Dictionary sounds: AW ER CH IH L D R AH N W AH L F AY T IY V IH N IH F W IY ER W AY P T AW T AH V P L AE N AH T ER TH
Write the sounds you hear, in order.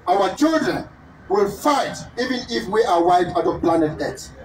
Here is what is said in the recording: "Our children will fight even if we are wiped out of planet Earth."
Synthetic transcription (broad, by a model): AW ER CH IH L D R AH N W AH L F AY T IY V IH N IH F W IY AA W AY T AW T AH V P L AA N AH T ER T